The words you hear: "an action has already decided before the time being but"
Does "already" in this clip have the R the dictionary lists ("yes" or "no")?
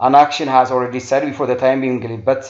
yes